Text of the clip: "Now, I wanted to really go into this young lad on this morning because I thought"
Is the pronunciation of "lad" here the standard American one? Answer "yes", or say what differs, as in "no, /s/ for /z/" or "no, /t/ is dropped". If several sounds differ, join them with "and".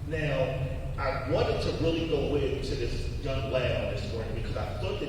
no, /d/ is dropped